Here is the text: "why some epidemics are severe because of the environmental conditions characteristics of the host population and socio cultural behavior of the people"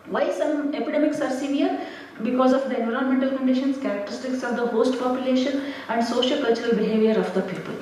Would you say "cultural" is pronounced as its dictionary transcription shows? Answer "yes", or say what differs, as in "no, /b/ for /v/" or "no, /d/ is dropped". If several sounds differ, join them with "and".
yes